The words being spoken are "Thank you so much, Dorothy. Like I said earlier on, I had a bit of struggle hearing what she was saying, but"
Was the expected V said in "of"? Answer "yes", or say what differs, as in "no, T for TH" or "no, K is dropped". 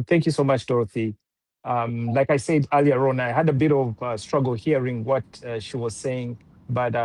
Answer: yes